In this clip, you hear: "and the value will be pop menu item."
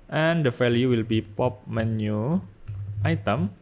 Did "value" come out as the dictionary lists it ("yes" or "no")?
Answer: no